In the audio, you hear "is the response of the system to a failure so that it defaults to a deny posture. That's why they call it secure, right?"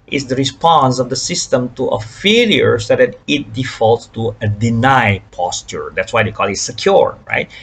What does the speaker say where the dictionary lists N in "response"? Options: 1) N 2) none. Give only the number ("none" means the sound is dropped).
1